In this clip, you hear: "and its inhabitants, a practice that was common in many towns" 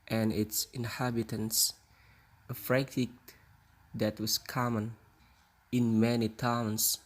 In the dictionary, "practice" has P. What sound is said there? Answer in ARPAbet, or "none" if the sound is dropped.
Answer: F